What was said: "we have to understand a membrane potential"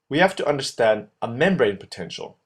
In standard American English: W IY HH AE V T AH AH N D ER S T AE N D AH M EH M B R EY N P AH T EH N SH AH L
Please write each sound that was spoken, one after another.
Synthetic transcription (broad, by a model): W IY HH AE F T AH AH N D ER S T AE N D AH M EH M B R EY N P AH T EH N SH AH L